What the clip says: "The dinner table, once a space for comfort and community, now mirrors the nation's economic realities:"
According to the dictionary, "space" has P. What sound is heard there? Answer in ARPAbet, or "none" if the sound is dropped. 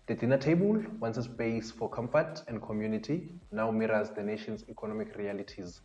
B